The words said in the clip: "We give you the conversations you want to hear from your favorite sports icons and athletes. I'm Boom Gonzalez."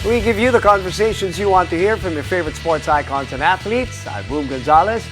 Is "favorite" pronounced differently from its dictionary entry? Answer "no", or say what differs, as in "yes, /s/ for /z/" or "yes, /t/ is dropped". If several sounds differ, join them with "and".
no